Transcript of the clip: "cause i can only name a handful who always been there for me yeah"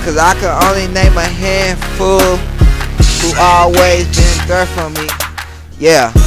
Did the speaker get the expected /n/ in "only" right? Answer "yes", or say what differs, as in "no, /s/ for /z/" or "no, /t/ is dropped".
yes